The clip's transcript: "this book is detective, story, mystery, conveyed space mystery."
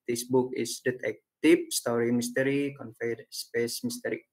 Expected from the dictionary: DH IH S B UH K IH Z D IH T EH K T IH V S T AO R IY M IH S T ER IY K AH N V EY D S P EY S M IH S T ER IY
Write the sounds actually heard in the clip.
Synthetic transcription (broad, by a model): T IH S B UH K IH S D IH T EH K T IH F S T AO R IY M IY S T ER IY K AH N F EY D S P EY S M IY S T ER IY